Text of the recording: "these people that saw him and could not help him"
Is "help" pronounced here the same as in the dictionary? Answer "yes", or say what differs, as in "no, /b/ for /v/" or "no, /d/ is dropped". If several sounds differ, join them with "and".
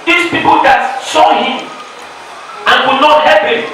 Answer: no, /l/ is dropped